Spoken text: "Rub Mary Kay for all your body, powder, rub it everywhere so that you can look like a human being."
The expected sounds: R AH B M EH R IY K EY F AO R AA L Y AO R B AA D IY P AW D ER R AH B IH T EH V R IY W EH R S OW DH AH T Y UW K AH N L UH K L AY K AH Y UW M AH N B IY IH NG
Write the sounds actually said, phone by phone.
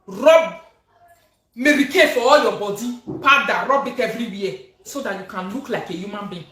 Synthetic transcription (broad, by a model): R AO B M EH R IY K EY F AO W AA Y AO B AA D IY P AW D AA R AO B IH T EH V R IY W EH S OW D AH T Y UW K AH N L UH K L AY K AH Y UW M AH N B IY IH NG